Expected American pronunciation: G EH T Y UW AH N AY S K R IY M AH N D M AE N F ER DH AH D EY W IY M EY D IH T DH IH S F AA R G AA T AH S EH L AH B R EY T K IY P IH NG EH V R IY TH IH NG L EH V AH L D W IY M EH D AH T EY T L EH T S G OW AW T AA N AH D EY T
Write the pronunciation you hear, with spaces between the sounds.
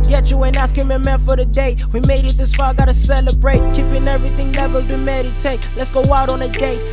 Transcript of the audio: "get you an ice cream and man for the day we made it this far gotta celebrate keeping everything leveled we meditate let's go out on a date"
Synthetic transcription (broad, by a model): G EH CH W AH N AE S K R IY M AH M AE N F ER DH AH D EY W IY M EY D IH T DH IH S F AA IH G AA T AH S EH L AH B R EY T K IY P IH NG EH V R IY TH IH NG L EH V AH L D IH M EH D AH T EY T L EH T S G OW AW T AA N AH D EY